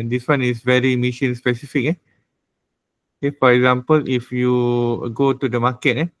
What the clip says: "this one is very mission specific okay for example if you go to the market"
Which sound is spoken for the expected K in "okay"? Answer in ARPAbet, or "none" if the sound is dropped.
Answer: none